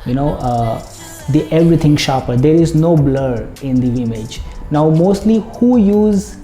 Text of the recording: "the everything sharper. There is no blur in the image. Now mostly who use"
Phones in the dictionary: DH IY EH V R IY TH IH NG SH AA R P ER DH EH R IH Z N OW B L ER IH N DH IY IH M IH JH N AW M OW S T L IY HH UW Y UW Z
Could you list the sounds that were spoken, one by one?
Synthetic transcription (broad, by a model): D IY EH V R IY T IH NG SH AA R P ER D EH R IH Z N OW B L ER IH N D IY IH M IH JH N AW M OW S T L IY HH UW Y UW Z